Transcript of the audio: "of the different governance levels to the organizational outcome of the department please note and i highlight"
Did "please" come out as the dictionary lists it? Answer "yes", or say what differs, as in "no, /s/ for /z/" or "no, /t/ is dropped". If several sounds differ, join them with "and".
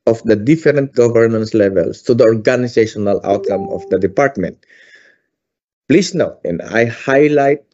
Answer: no, /s/ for /z/